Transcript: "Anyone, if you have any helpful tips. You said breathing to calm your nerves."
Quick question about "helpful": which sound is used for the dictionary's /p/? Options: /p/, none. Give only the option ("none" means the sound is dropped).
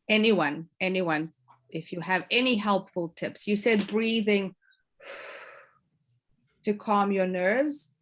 /p/